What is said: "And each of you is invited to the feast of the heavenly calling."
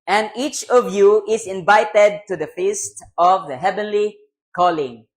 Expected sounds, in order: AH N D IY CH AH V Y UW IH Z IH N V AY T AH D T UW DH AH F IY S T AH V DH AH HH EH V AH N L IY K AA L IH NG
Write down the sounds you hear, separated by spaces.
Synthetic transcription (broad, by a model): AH N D IY CH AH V Y UW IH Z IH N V AY T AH D T UW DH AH F IY S T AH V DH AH HH EH V AH N L IY K AA L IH NG